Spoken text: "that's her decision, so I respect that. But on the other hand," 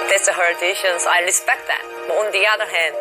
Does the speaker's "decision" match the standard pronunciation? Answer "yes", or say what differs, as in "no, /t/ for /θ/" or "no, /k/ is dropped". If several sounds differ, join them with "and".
no, /ʃ/ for /ʒ/